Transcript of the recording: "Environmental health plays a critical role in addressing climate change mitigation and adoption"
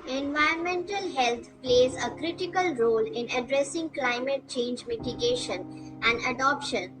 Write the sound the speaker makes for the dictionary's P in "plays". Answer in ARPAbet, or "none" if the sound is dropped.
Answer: P